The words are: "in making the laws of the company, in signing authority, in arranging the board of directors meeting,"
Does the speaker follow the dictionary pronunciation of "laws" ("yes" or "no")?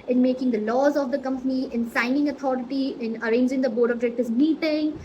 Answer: yes